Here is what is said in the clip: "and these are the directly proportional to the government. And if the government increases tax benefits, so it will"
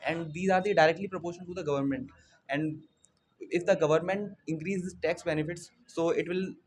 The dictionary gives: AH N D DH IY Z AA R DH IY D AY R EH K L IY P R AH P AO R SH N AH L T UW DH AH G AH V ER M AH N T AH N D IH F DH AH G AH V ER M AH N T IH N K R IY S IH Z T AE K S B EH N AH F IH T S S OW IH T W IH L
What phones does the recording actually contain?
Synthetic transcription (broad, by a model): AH N D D IY Z AA R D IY D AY R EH K L IY P R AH P AO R SH AH N T UW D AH G AH V ER M AH N T AH N D IH F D AH G AH V ER M AH N T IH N K R IY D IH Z T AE K S B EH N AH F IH T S S OW IH T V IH L